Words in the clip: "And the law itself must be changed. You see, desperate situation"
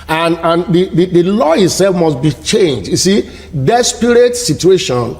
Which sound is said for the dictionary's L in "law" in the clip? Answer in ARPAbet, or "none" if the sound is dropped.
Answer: L